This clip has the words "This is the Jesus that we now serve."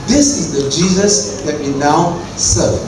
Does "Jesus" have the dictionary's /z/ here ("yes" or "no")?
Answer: yes